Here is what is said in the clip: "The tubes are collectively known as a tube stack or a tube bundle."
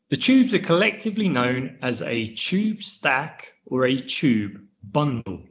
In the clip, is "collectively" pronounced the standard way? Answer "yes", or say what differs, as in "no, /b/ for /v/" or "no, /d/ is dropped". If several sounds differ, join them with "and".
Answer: yes